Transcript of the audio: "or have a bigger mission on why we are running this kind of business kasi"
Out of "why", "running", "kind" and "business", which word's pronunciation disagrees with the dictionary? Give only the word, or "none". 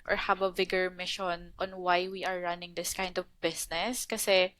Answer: business